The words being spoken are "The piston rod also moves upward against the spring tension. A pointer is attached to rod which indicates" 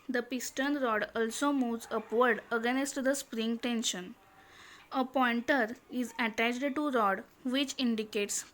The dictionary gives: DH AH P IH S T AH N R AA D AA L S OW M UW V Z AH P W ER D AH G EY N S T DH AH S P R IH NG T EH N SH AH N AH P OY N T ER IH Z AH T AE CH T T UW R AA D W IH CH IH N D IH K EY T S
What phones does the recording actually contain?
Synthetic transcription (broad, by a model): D AH P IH S T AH N R AA D AA L S OW M UW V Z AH P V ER D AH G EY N S T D AH S P R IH NG T EH N SH AH N AH P OY N T ER IH Z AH T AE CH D T UW R AA D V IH CH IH N D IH K EY T S